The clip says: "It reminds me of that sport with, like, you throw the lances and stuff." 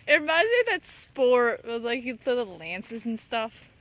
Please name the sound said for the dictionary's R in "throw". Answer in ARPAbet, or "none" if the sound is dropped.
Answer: none